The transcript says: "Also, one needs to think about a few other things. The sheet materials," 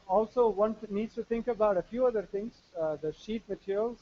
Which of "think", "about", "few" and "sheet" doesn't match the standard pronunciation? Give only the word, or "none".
think